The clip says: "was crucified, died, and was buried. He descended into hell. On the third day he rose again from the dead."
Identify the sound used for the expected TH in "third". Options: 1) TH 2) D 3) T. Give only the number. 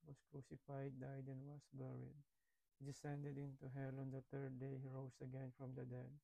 3